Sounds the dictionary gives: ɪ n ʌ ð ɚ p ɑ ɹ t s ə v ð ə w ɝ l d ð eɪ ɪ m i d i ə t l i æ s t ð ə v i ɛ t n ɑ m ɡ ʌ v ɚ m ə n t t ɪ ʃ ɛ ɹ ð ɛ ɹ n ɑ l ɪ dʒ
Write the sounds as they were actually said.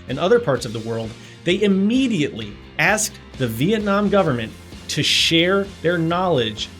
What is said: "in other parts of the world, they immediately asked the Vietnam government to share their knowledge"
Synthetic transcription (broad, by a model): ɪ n ʌ ð ɚ p ɑ ɹ t s ə v ð ə w ɝ l d ð eɪ ɪ m i d i ə t l i æ s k ð ə v i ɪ t n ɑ m ɡ ʌ v ɚ m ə n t t ɪ ʃ ɛ ɹ ð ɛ ɹ n ɑ l ɪ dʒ